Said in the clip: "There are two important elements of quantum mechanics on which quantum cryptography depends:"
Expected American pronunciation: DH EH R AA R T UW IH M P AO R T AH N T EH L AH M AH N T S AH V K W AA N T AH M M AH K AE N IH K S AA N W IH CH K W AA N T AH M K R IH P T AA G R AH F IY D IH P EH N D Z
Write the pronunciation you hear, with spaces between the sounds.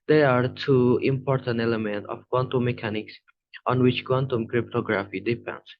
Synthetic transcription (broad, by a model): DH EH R AA R T UW IH M P AO R T AH N T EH L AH M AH N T AH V K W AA N T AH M M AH K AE N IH K S AA N W IH CH K W AA N T AH M K R IH P T AA G R AH F IY D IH P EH N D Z